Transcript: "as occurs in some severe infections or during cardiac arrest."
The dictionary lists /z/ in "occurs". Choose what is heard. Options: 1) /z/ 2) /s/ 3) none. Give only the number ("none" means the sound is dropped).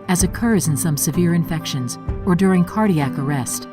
1